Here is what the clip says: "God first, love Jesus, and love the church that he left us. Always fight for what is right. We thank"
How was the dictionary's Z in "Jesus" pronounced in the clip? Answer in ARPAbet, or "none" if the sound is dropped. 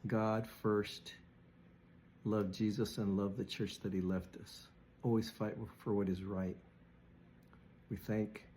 Z